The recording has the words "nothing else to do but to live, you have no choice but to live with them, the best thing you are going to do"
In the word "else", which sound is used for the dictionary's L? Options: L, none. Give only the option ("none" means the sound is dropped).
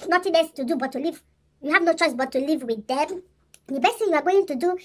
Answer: none